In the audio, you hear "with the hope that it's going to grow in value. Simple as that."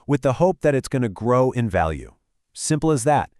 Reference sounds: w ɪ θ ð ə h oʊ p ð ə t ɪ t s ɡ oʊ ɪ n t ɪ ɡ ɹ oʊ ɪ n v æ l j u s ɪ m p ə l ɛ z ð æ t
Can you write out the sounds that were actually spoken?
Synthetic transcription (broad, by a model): w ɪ ð ə h oʊ p ð ə t ɪ t s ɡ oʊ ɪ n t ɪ ɡ ɹ oʊ ɪ n v æ l j u s ɪ m p l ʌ z ð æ t